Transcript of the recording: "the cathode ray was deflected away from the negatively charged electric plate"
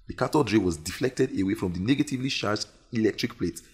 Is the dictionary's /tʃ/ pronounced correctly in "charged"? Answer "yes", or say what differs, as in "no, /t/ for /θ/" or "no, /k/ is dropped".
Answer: no, /ʃ/ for /tʃ/